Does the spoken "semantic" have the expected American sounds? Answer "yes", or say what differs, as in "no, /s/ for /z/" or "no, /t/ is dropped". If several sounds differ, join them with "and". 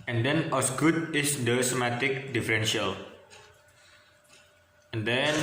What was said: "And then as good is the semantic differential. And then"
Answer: no, /n/ is dropped